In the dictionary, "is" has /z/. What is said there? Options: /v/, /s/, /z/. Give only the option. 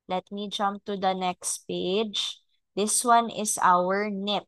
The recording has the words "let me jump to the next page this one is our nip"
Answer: /s/